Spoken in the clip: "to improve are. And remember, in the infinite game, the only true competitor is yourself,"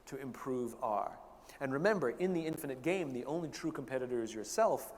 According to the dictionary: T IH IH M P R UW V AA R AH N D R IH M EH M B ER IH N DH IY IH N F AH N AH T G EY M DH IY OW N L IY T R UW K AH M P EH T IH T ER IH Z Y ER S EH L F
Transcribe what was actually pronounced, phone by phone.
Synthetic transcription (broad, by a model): T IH IH M P R UW V AA R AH N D R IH M EH M B ER IH N DH IY IH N F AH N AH T G EY M DH IY OW N L IY T R UW K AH M P EH T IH T ER IH Z Y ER S EH L F